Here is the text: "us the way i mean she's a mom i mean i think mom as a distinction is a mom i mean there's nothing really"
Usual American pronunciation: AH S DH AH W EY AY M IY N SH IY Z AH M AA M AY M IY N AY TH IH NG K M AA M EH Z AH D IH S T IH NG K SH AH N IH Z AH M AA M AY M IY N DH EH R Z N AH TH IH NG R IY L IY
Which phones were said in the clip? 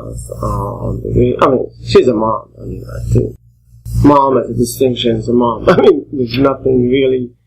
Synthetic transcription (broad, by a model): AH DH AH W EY AY M IY N SH IY Z AH M AA M AY M IY N AY T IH M AA M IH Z AH D IH S T IH NG K SH AH N IH Z AH M AA M AY M IY N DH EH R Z N AH TH IH NG R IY L IY